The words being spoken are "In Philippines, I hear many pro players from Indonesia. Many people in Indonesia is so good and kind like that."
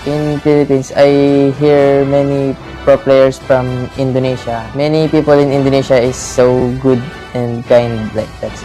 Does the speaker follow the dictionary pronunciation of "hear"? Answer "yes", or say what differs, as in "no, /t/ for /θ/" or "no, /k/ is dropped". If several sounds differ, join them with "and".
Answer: yes